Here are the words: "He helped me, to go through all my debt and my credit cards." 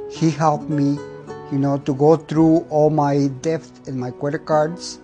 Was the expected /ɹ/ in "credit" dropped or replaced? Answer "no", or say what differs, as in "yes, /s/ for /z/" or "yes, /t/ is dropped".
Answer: yes, /w/ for /ɹ/